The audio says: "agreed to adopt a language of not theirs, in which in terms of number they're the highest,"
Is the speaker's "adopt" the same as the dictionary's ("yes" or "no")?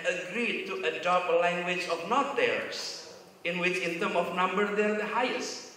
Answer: no